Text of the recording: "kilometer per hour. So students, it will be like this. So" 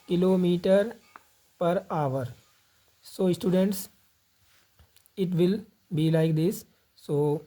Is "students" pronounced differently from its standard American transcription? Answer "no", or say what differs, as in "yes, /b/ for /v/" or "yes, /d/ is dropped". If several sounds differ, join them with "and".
no